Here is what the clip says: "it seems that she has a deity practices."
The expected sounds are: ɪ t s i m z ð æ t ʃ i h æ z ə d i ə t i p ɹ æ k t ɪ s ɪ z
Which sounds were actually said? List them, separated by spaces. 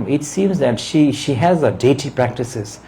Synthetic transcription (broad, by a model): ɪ t s i m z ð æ t ʃ i h æ z ə d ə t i p ɹ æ k t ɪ s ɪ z